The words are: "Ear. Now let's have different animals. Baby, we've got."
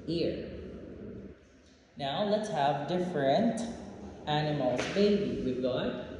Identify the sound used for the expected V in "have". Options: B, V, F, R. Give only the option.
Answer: V